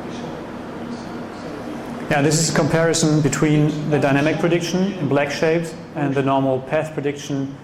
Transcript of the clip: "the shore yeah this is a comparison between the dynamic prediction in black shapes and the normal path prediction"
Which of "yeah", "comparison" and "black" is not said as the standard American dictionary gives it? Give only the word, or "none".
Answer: none